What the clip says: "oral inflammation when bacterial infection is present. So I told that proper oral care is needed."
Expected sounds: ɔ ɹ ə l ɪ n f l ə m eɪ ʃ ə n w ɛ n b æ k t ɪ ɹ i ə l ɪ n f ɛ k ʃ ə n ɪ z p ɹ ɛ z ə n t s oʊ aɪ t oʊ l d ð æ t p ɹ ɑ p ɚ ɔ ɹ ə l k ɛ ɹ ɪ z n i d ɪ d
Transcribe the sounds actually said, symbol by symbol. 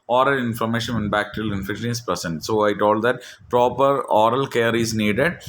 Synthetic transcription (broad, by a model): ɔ ɹ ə l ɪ n f ə m eɪ ʃ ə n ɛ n b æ k t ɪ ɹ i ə l ɪ n f ɛ k ʃ ə n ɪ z p ɹ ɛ s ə n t s oʊ aɪ t oʊ l d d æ t p ɹ ɑ p ɚ ɔ ɹ ə l k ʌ ɹ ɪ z n i d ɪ d